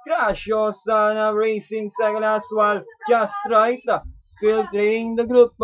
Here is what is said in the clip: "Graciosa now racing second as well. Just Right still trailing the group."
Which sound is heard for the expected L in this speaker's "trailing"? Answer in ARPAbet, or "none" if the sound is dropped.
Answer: N